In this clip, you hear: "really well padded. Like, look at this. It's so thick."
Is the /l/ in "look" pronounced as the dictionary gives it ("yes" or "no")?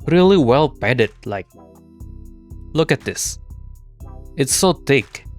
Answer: yes